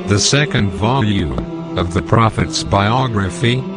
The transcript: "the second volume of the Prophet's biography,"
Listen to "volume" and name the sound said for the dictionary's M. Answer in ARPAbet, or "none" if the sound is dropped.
none